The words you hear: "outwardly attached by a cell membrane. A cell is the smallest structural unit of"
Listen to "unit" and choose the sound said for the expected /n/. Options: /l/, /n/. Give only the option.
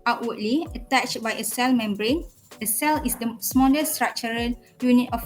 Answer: /n/